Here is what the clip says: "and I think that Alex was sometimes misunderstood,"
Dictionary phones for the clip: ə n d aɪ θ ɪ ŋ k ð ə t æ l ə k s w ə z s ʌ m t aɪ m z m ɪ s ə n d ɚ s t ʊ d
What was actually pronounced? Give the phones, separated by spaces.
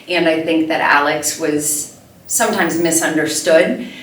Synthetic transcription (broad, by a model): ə n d aɪ θ ɪ ŋ k ð ə t æ l ə k s w ə z s ʌ m t aɪ m z m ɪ s ə n d ɚ s t ʊ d